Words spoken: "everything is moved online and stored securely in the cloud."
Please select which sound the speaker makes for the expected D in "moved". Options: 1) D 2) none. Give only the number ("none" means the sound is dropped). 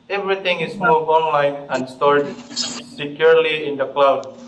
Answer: 2